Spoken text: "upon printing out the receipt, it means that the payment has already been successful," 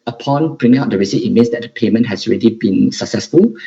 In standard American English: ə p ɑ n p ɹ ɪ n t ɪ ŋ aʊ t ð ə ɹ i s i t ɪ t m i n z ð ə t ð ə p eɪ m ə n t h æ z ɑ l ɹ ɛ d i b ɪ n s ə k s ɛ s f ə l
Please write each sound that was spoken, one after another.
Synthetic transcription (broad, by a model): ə p ɑ n b ɹ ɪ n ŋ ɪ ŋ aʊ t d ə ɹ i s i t ɪ t m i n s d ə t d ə p eɪ m ə n t h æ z ɑ l ɹ ɛ d i b ɪ n s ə k s ɛ s f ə l